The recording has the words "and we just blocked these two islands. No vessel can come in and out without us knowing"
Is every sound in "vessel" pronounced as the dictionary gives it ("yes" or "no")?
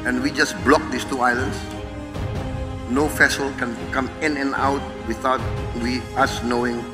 no